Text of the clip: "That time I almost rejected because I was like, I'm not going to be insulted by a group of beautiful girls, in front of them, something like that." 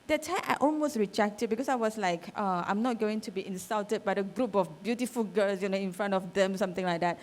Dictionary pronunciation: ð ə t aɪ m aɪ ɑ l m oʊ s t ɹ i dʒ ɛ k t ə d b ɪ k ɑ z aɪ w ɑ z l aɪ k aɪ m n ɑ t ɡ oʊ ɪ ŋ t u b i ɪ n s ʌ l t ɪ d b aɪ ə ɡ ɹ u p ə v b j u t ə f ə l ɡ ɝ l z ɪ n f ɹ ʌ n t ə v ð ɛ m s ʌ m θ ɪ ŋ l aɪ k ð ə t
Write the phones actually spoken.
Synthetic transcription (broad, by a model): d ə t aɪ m ɑ l m oʊ s t ɹ i dʒ ɛ k t ə d b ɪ k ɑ s aɪ w ɑ s l aɪ k aɪ m n ɑ t ɡ oʊ ɪ ŋ t u b i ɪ n s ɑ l t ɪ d b aɪ ə ɡ ɹ u p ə f b j u t ə f ə l ɡ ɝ l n ɪ n f ɹ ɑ n t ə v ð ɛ m s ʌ m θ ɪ ŋ l aɪ k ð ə t